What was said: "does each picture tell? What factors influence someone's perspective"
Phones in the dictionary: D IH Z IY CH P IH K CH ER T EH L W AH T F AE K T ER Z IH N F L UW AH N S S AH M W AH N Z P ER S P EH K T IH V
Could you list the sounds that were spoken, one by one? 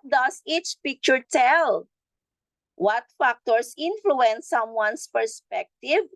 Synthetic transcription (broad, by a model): D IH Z IY CH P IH K CH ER T EH L W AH T F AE K T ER S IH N F L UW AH N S S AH M W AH N S P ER S P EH K T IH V